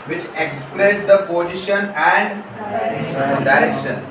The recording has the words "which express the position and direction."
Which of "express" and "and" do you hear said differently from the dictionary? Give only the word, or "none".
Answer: express